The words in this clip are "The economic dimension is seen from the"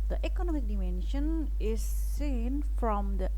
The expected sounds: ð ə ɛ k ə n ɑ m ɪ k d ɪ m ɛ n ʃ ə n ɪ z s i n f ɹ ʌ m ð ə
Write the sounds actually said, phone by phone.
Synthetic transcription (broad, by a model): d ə ɛ k ə n ɑ m ɪ k d ɪ m ɛ n ʃ ə n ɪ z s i n f ɹ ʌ m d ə